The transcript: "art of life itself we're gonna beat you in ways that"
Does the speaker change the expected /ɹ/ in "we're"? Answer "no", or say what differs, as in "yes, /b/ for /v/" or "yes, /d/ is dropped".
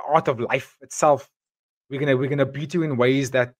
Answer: yes, /w/ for /ɹ/